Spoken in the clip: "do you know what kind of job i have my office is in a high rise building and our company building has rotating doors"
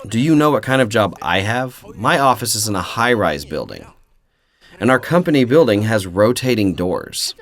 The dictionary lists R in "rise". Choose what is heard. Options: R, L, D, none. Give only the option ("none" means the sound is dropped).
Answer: R